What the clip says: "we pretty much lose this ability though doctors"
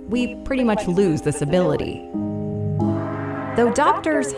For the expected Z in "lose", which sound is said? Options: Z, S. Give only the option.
Z